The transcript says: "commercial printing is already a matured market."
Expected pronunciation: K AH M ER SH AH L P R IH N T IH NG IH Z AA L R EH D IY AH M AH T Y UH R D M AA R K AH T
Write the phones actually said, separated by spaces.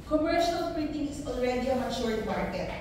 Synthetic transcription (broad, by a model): K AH M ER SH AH L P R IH T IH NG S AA N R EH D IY AH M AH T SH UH R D M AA R K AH T